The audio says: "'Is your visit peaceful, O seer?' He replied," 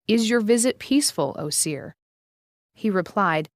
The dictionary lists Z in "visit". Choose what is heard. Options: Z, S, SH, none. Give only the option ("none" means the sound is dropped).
Z